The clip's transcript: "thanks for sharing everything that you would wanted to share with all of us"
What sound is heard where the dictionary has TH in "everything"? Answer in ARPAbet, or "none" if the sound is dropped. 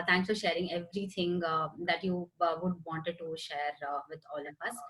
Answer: T